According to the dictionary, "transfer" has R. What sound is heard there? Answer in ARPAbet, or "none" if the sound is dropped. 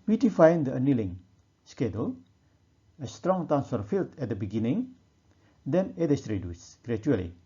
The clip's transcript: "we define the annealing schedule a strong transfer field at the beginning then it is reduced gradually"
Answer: none